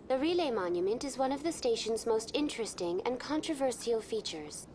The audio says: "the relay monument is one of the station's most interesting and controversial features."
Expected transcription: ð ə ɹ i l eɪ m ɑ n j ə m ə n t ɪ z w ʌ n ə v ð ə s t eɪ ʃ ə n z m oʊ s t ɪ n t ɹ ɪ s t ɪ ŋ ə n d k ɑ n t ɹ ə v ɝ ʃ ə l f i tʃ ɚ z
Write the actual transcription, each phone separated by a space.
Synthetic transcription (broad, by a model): ð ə ɹ i l eɪ m ɑ n j ə m ə n t ɪ z w ʌ n ə v ð ə s t eɪ ʃ ə n z m oʊ s t ɪ n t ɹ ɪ s t ɪ ŋ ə n k ɑ n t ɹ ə v ɝ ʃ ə l f i tʃ ɚ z